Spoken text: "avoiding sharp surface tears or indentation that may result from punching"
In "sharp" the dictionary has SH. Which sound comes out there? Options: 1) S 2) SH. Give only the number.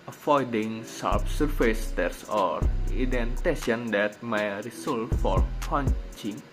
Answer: 1